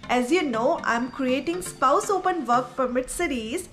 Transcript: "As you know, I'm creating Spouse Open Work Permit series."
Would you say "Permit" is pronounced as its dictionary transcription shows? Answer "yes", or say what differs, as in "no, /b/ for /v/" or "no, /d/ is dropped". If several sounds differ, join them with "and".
no, /f/ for /p/